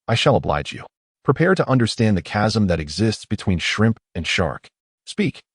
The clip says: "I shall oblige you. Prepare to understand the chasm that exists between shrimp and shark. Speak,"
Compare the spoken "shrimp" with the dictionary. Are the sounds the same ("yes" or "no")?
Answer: yes